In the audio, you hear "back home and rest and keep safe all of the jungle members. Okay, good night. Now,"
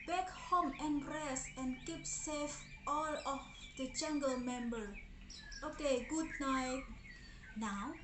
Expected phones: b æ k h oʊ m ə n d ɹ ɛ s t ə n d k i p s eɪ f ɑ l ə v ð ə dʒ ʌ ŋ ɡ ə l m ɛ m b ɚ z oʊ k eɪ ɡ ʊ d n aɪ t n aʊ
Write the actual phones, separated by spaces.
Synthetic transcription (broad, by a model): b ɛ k h oʊ m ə n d ɹ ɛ s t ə n k i p s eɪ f ɑ l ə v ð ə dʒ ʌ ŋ ɡ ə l m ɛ m b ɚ oʊ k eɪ ɡ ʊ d n aɪ t n aʊ